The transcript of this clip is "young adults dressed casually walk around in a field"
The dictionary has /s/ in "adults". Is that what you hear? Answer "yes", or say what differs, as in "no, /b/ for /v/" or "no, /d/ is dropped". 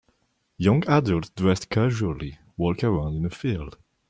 no, /s/ is dropped